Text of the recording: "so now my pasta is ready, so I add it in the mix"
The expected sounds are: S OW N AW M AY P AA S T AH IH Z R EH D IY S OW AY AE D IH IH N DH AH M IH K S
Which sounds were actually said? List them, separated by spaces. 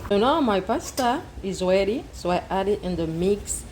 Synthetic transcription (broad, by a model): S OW N AW M AY P AA S T AH IH Z W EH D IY S OW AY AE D IH IH N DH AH M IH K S